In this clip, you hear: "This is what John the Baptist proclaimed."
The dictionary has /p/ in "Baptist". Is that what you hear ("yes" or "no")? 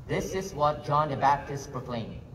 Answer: yes